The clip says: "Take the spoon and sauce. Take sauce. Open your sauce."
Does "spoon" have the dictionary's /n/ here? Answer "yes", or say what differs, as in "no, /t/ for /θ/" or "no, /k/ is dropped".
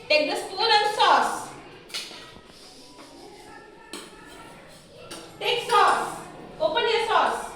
no, /l/ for /n/